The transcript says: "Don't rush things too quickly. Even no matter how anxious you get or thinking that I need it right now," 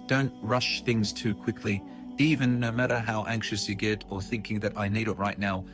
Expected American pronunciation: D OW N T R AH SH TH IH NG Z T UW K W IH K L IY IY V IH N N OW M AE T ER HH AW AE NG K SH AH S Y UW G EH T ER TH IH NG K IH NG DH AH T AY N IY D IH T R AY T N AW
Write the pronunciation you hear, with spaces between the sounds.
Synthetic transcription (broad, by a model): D OW N T R AH SH TH IH NG Z T UW K W IH K L IY IY V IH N N OW M AE T ER HH AW AE NG K SH AH S Y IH G EH T ER TH IH NG K IH NG DH AH T AY N IY D IH T R AY T N AW